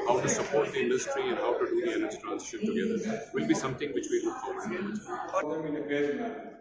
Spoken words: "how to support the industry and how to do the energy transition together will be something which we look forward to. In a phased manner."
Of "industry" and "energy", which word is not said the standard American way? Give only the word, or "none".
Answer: none